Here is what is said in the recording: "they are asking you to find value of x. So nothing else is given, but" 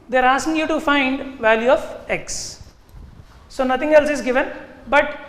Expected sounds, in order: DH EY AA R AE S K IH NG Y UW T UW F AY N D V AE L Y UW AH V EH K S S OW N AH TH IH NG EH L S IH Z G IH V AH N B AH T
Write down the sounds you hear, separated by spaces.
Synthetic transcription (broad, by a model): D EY R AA S K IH NG Y UW T UW F AY N D V AE L Y UW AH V EH K S S OW N AH T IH NG EH L S IH Z G IH V AH N B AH T